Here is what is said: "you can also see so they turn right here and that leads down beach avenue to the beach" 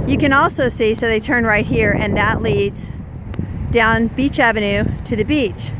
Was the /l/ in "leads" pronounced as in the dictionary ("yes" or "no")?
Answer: yes